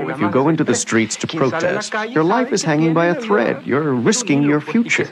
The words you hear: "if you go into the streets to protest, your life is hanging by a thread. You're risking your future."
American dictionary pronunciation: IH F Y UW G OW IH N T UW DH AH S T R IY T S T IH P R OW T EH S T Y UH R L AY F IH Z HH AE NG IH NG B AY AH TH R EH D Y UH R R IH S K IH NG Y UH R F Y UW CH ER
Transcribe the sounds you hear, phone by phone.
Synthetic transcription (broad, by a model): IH F Y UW G OW IH N T UW DH AH S T R IY T S T IH P R OW T EH S T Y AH R L AY F IH Z HH AE NG IH NG B AY AH TH R EH D Y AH R R IH S K IH NG Y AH R F Y UW CH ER